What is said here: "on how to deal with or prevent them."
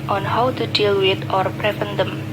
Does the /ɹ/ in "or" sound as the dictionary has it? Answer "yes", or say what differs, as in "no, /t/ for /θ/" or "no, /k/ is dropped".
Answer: yes